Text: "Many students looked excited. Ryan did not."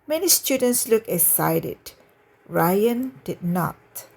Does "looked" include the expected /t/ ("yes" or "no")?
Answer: no